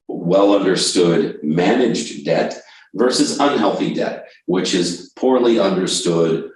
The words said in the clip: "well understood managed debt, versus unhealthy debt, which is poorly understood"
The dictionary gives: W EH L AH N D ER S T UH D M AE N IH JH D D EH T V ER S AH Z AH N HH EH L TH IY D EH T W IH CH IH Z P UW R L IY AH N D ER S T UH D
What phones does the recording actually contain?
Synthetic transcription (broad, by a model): W EH L AH N D ER S T UH D M AE N IH JH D D EH T V ER S AH Z AH N HH EH L TH IY D EH T W IH CH IH Z P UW R L IY AH N D ER S T UH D